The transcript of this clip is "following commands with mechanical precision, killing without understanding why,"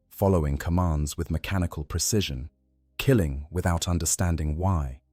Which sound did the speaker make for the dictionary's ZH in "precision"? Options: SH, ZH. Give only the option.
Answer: ZH